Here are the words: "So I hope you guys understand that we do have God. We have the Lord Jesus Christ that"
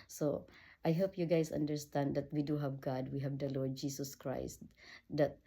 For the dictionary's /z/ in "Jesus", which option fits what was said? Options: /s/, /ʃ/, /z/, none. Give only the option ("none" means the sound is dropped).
/s/